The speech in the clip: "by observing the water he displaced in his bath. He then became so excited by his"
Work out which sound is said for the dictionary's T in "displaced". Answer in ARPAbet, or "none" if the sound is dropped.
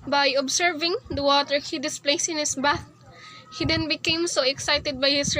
none